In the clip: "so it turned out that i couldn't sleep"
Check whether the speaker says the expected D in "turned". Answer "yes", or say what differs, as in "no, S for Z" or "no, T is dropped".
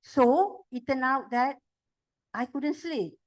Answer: no, D is dropped